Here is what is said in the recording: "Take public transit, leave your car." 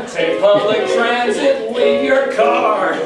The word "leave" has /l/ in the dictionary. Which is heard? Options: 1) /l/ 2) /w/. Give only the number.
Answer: 2